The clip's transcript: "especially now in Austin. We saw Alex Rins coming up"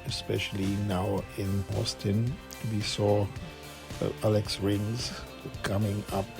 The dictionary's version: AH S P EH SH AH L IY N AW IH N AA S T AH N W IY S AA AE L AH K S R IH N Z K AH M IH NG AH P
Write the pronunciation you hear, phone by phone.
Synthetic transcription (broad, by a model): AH S P EH SH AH L IY N AW IH N AA S T AH N W IY S AA AE L AH K S R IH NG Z K AH M IH NG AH P